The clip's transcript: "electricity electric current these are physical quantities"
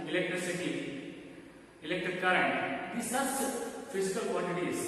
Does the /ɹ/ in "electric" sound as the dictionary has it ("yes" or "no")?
no